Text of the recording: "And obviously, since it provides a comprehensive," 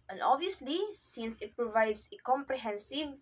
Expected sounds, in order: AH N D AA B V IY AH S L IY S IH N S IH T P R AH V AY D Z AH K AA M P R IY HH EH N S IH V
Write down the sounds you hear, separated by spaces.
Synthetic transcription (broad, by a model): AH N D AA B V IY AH S L IY S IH N S IH T P R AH V AY D S AH K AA M P R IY HH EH N S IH V